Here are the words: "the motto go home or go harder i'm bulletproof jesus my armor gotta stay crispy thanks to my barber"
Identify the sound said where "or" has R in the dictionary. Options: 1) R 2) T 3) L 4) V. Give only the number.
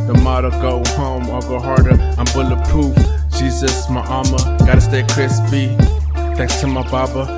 3